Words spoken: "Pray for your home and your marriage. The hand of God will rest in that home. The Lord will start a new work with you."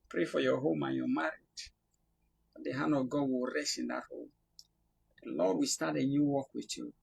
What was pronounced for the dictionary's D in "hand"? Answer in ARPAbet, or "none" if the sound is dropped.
none